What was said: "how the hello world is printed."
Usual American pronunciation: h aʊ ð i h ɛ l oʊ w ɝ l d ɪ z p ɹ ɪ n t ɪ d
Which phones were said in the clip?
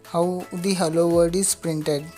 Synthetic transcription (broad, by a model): h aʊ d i h ɛ l oʊ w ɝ d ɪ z p ɹ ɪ n t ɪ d